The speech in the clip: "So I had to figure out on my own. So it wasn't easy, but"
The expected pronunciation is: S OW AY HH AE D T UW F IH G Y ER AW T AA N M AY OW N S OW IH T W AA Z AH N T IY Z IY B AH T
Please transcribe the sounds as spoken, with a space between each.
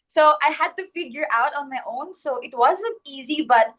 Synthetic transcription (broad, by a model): S OW AY HH AE D T UW F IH G Y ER AW T AA N M AY OW N S OW IH T W AA Z AH N T IY Z IY B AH T